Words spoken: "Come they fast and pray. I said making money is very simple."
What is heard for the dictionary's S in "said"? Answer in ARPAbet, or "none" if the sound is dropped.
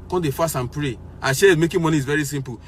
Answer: SH